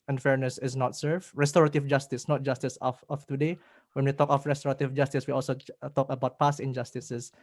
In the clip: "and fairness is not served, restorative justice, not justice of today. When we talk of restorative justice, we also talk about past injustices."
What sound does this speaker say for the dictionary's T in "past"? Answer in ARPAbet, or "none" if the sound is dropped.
none